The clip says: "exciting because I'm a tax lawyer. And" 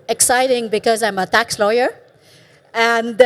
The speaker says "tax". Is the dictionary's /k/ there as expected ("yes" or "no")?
yes